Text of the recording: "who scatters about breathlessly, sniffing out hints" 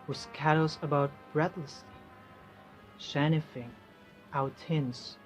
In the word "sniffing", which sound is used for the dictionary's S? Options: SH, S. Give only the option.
SH